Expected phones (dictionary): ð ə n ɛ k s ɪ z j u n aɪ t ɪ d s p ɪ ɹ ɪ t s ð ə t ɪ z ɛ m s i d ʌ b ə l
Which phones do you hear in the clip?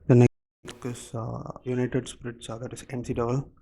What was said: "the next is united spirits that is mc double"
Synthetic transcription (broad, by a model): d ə n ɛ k ɪ s j u n aɪ t ɪ d s p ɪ ɹ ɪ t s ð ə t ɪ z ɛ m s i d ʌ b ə l